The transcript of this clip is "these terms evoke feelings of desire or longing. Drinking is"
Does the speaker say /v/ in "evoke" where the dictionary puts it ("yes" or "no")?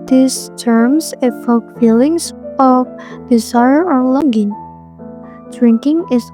no